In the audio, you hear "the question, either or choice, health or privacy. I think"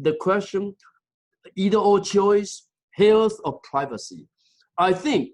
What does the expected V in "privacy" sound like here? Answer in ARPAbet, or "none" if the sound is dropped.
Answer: V